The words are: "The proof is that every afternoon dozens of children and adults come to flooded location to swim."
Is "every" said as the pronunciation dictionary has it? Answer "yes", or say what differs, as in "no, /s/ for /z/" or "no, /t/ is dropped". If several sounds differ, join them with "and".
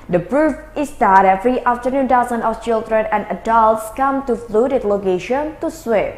no, /f/ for /v/